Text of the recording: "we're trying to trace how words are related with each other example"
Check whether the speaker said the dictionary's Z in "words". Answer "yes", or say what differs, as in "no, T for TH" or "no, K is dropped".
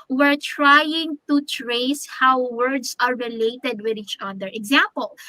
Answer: no, S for Z